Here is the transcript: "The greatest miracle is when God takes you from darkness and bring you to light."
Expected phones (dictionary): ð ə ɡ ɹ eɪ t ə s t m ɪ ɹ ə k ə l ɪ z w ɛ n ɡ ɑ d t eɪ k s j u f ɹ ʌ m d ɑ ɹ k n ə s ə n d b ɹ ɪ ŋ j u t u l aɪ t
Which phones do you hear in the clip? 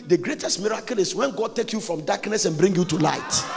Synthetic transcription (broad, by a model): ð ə ɡ ɹ eɪ t ə s t m ɪ ɹ ə k ə l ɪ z w ɛ n ɡ ɑ d t eɪ k j u f ɹ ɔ m d ɑ k n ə s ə n b ɹ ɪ ŋ j u t u l aɪ t